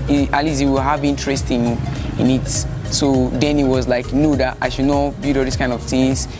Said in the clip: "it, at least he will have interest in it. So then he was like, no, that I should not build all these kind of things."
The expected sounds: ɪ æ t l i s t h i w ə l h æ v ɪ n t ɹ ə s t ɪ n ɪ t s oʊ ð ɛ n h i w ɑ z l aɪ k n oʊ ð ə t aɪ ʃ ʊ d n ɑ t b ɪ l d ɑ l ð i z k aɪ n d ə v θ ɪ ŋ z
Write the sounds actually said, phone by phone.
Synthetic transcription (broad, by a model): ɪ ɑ l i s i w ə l h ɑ v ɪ n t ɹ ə s t ɪ n ɪ t s oʊ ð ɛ n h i w ɑ z l aɪ k n oʊ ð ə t aɪ ʃ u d n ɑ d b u d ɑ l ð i s k aɪ n d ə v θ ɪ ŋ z